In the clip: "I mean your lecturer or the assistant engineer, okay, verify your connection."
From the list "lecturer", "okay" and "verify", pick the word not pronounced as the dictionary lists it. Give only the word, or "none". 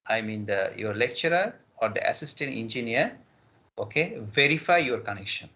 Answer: none